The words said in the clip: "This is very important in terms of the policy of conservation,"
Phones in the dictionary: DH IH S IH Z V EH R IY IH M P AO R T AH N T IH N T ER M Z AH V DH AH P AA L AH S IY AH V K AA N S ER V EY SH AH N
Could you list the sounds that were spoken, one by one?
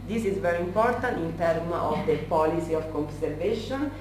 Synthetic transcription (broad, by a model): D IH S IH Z V EH R IY IH M P AO R T AH N T IH N T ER M AH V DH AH P AA L AH S IY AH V K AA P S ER V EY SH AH N